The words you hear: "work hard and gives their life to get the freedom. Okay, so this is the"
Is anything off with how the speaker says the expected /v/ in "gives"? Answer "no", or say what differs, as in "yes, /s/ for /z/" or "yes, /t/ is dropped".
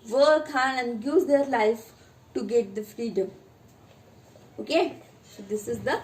yes, /v/ is dropped